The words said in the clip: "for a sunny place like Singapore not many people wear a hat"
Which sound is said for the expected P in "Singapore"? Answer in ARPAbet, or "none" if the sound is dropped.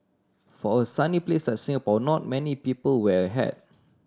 B